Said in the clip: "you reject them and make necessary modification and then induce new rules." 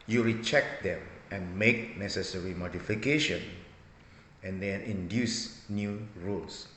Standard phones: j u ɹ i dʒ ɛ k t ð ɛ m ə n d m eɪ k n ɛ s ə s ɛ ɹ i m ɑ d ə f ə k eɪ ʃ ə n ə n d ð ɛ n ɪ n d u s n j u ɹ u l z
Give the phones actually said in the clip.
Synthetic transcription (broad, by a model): j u ɹ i tʃ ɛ k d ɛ m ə n m eɪ k n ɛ s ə s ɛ ɹ i m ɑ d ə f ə k eɪ ʃ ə n ə n d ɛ n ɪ n d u s n j u ɹ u l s